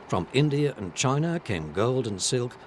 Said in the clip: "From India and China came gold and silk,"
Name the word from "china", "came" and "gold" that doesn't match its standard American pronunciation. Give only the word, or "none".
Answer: none